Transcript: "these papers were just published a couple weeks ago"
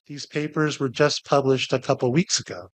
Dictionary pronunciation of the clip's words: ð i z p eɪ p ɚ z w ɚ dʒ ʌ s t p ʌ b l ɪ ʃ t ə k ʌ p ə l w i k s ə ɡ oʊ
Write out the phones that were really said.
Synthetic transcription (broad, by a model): ð i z p eɪ p ɚ z w ɚ dʒ ʌ s p ʌ b l ɪ ʃ t ə k ʌ p l w i k s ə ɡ oʊ